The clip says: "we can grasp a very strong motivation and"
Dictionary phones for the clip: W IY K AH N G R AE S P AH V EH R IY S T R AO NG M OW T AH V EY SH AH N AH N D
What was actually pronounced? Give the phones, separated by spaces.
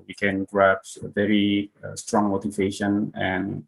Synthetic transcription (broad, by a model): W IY K AH N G R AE P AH V EH R IY S T R AO NG M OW T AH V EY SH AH N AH N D